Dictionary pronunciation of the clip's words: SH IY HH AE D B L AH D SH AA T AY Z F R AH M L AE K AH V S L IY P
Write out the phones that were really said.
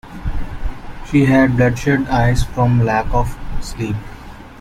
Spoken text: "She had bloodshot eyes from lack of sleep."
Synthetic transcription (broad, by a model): SH IY HH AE D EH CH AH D AA IH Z F R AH M L AE K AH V S L IY P